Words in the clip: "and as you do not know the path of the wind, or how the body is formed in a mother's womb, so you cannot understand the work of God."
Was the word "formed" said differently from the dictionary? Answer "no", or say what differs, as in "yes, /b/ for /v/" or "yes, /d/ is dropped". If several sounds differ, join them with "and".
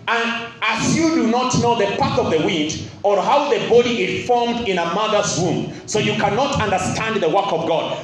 no